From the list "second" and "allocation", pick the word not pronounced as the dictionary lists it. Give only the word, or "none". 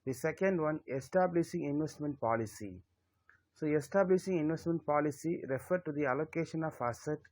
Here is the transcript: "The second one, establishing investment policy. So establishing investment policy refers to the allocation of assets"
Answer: none